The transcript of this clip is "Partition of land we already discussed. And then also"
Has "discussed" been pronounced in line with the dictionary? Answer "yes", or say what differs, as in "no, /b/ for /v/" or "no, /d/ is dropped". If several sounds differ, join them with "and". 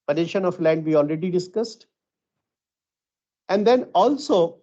yes